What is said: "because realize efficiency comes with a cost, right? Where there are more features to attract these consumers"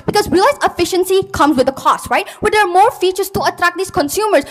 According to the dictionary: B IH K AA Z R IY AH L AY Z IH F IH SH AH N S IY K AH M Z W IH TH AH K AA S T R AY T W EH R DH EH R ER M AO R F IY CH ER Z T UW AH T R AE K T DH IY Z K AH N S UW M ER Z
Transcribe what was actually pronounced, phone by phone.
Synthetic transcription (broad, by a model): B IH K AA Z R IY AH L AY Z IH F IH SH AH N S IY K AH M Z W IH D AH K AA S T R AY T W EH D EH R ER M AO R F IY CH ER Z T UW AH T R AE K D IY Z K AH N S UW M ER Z